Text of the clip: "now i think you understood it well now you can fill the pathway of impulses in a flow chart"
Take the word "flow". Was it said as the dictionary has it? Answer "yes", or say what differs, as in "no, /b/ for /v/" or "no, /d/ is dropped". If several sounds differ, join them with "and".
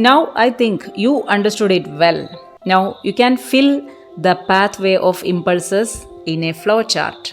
yes